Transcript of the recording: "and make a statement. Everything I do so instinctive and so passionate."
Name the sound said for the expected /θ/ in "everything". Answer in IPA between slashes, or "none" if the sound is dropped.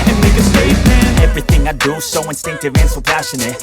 /θ/